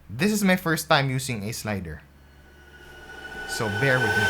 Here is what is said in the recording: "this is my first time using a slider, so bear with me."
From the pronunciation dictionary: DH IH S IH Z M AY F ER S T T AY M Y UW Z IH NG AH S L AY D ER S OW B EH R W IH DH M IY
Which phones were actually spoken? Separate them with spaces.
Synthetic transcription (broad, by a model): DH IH S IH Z M AY F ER S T T AY M Y UW S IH NG AH S L AY D ER S OW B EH R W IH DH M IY